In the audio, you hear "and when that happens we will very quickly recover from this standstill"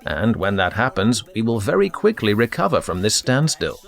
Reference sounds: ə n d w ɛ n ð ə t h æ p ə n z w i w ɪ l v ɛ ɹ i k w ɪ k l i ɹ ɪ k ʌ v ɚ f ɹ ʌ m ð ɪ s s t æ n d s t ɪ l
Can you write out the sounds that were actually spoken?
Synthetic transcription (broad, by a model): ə n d w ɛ n ð ə t h æ p ə n z w i w ɪ l v ɛ ɹ i k w ɪ k l i ɹ ɪ k ʌ v ɚ f ɹ ʌ m ð ɪ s s t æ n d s t ɪ l